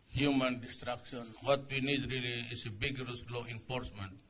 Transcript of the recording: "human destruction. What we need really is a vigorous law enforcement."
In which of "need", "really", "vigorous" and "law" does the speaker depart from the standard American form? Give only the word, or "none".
vigorous